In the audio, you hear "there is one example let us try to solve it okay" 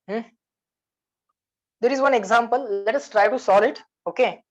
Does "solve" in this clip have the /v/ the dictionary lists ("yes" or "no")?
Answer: no